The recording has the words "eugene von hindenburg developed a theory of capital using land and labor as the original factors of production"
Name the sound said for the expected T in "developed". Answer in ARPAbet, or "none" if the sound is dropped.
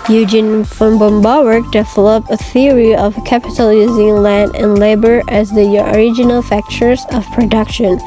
none